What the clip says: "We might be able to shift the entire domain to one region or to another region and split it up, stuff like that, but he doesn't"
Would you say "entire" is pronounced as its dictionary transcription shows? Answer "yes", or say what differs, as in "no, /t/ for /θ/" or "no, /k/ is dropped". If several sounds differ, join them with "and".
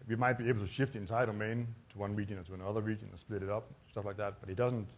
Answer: no, /n/ is dropped